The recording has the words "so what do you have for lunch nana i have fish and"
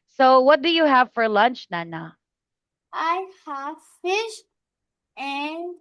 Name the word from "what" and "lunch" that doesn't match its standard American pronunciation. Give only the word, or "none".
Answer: none